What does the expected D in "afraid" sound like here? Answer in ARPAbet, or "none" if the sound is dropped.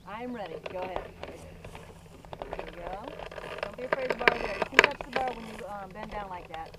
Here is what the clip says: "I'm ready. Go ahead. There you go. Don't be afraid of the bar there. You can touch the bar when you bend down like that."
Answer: none